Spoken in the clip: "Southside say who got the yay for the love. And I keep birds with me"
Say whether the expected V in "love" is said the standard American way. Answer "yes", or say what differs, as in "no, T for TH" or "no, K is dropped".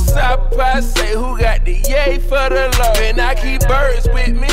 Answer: no, V is dropped